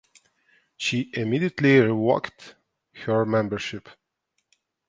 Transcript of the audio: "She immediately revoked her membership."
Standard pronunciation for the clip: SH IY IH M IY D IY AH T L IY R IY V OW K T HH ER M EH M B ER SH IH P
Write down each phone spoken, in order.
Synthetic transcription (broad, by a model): SH IY IH M IY D IY AH T L IY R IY W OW K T HH ER M EH M B ER SH IH P